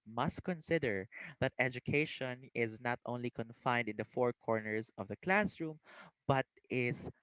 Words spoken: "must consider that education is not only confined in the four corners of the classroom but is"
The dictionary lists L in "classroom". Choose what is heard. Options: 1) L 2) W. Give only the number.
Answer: 1